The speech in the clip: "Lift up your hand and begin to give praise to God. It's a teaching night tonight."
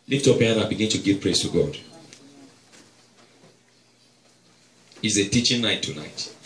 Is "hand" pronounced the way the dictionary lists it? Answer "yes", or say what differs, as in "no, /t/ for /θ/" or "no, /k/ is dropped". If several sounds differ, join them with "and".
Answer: no, /d/ is dropped